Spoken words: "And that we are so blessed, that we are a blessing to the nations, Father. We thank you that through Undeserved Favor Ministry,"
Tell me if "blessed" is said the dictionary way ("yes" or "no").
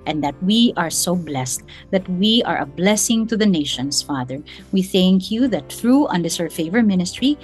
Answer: yes